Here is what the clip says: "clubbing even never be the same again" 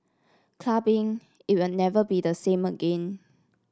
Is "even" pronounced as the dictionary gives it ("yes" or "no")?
no